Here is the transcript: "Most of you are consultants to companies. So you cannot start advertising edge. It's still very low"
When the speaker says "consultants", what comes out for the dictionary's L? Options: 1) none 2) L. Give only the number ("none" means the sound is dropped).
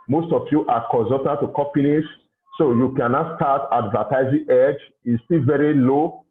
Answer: 1